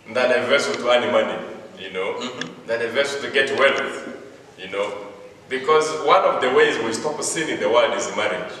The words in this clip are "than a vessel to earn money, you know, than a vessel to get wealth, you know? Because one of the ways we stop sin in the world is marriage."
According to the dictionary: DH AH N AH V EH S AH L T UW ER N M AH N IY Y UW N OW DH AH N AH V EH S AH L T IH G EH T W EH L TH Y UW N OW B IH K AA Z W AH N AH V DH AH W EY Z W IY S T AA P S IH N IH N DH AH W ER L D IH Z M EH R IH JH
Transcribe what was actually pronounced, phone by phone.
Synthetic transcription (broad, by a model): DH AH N AH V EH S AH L T UW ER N M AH N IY Y UW N OW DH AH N AH V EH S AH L T IH G EH T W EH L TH Y UW N OW B IH K AA Z W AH N AH V DH AH W EY Z W IY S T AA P S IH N IH N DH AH W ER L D IH Z M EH R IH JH